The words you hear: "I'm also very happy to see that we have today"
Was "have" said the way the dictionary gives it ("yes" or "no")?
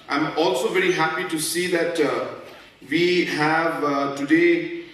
yes